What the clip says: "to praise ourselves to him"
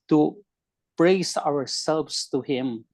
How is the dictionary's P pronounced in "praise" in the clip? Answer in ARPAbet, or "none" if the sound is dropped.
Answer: B